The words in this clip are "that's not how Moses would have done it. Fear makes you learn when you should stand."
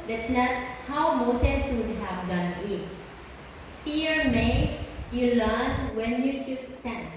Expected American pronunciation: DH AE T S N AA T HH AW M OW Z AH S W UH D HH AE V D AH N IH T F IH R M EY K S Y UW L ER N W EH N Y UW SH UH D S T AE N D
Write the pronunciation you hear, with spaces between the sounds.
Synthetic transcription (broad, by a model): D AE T S N AA T HH AW M OW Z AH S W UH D HH AE V D AH N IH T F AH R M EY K S Y UW L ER N W EH N Y UW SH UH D S T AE N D